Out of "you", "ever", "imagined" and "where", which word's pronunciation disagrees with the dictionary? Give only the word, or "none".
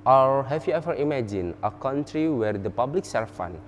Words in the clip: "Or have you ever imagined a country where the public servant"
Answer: imagined